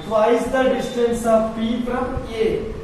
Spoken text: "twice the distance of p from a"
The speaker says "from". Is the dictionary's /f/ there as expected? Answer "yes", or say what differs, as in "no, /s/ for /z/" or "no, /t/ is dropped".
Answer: no, /p/ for /f/